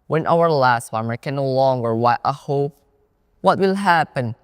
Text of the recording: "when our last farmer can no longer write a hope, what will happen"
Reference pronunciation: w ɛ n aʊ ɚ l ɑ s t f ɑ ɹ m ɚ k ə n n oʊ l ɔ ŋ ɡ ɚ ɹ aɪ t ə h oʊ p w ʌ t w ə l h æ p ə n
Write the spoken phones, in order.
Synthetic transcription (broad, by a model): w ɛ n aʊ ɚ l ɑ s t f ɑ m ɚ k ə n n oʊ l ɔ ŋ ɡ ɚ w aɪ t ə h oʊ p w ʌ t w ə l h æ p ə n